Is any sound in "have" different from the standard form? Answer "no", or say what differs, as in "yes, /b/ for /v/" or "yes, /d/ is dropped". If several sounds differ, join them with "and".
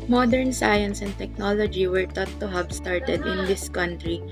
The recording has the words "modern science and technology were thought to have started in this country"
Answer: yes, /b/ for /v/